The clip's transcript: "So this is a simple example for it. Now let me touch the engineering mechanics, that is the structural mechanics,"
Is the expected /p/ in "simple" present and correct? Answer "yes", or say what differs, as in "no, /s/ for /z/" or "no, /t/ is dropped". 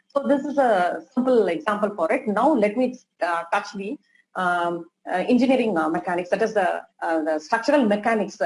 yes